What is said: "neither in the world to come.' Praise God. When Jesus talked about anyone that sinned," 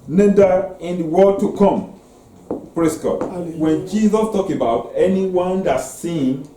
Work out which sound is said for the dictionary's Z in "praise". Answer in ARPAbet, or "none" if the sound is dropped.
S